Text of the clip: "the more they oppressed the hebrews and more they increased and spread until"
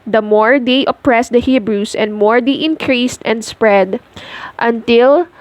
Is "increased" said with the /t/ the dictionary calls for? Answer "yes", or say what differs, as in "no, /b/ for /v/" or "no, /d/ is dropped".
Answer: yes